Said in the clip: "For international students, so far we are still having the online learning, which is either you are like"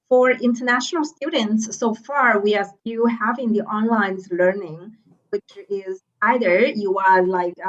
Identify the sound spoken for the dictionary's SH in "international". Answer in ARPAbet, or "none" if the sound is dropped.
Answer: SH